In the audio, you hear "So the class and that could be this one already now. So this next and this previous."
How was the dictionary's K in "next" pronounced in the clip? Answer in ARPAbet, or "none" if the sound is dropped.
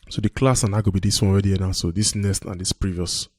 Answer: none